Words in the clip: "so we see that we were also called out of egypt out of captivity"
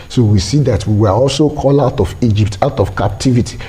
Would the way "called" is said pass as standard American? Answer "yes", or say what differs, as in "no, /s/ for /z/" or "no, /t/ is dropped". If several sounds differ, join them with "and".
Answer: no, /d/ is dropped